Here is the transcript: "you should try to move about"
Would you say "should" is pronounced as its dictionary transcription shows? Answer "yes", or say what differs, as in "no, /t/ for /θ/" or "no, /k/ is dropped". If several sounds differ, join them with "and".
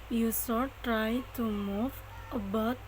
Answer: no, /s/ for /ʃ/